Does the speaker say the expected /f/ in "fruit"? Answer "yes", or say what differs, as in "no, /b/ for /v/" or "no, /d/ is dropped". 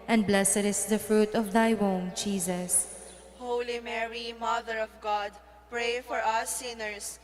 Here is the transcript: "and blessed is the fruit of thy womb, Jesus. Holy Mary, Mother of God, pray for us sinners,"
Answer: yes